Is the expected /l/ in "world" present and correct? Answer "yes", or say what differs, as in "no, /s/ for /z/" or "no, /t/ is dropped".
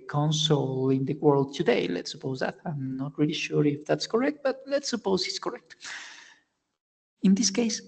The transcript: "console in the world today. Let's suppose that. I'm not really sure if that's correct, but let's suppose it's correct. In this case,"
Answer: yes